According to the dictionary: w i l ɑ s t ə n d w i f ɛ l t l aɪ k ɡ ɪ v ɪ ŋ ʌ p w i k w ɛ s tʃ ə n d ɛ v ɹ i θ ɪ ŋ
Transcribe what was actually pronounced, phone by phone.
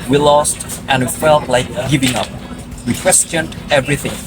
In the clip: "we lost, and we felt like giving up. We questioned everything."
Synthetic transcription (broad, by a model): w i l ɑ s t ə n w i f ɛ l t l aɪ k ɡ ɪ v ɪ ŋ ʌ p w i k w ɛ s tʃ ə n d ɛ v ɹ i θ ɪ ŋ